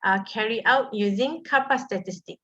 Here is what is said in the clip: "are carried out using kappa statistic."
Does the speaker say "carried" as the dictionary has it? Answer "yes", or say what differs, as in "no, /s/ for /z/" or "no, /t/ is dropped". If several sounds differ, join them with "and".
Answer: no, /d/ is dropped